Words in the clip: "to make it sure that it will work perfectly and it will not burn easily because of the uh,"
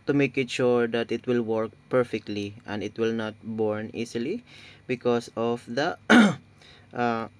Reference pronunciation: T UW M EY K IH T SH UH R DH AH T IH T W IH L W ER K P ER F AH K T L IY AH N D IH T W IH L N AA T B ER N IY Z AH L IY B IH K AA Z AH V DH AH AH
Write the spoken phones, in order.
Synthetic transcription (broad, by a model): T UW M EY K IH T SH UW R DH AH T IH T W IH L W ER K P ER F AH K T L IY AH N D IH T W IH L N AA T B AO N IY S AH L IY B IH K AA S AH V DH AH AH